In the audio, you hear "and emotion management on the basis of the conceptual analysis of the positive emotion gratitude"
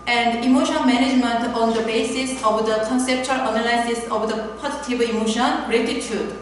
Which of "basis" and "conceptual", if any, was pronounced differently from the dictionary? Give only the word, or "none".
none